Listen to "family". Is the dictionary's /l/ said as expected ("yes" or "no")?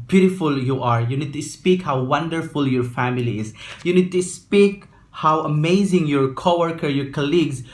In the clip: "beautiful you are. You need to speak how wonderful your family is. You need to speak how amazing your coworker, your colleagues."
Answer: yes